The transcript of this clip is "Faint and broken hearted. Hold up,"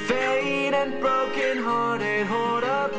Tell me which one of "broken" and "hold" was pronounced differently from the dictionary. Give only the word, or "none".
hold